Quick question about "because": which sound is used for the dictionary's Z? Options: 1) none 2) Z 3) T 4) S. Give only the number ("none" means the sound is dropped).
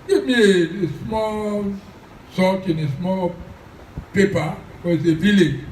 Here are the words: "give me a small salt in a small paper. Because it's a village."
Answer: 1